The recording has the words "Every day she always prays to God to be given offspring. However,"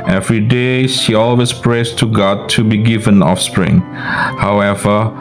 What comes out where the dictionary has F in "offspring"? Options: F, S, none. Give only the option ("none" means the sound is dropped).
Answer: F